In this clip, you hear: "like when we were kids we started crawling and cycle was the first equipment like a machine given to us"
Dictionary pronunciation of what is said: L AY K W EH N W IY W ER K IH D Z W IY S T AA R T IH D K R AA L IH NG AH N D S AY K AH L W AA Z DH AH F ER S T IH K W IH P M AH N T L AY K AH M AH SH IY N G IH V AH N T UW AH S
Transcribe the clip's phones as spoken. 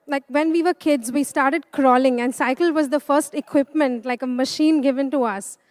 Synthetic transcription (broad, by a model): L AY K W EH N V IY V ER K IH D Z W IY S T AA R T IH D K R AA L IH NG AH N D S AY K AH L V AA Z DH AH F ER S T IH K W IH P M AH N T L AY K AH M AH SH IY N G IH V AH N T UW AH S